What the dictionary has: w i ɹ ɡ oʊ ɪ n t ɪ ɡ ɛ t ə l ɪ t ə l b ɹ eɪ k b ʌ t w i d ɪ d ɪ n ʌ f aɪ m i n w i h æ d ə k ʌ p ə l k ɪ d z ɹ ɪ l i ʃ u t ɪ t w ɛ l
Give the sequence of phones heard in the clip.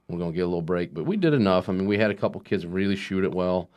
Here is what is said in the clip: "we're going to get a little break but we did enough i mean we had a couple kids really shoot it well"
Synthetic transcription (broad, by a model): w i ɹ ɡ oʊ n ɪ ɡ ɛ t ə l ɪ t l b ɹ eɪ k b ʌ t w i d ɪ d ɪ n ʌ f aɪ m i n w i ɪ d ə k ʌ p l k ɪ d z ɹ ɪ l i ʃ u t ɪ t w ɛ l